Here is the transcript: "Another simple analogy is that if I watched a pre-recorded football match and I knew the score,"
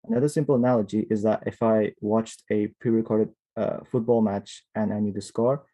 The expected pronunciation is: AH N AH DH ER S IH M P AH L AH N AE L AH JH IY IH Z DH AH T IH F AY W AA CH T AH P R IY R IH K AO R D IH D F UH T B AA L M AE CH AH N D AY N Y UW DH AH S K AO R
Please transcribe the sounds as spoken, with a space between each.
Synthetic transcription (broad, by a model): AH N AH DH ER S IH M P L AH N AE L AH JH IY IH Z DH AH T IH F AY W AA CH T AH P R IY R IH K AO R D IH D F UH T B AA L M AE CH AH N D AY N Y UW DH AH S K AO R